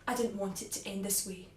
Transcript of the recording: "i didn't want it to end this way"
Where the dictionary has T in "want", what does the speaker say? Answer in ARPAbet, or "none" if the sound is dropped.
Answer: T